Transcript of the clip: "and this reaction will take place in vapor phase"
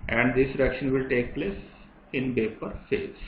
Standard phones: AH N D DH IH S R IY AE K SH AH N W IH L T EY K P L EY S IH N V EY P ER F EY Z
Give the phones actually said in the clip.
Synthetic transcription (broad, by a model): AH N D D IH S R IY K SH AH N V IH L T EY K P L EY S IH N B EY P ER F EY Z